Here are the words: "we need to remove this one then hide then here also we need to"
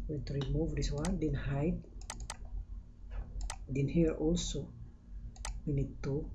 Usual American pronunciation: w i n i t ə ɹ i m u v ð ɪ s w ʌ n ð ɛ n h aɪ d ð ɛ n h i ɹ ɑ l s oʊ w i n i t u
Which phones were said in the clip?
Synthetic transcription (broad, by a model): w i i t ɹ i m u v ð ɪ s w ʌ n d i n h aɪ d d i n h i ɹ ɑ l s oʊ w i n i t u